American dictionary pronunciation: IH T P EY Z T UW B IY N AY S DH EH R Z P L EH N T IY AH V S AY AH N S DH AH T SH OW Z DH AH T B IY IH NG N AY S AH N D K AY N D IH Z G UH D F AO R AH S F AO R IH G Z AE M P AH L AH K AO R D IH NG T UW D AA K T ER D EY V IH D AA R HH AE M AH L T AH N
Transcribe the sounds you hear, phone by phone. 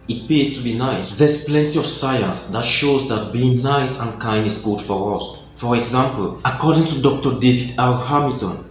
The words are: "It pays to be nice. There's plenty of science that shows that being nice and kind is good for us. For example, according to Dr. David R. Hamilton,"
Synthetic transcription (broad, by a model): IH T P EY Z T UW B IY N AY S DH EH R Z P L EH N T IY AH V S AY AH N S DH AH T SH OW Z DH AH T B IY IH NG N AY S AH N K AY N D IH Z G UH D F AO R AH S F AO R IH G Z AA M P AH L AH K AO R D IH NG T UW D AA K T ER D EY V IH D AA L HH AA M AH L T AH N